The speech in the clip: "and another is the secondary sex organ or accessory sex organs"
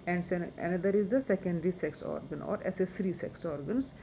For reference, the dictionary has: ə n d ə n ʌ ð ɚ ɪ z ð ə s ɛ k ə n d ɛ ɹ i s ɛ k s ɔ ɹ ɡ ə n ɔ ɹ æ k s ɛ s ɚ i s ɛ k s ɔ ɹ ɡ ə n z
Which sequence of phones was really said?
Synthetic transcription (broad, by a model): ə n d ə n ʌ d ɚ ɪ z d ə s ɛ k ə n d ɹ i s ɛ k s ɔ ɹ ɡ ə n ɔ ɹ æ s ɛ s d i s ɛ k s ɔ ɹ ɡ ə n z